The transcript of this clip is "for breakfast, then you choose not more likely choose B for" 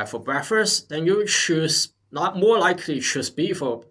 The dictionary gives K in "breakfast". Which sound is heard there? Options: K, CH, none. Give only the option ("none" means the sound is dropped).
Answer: none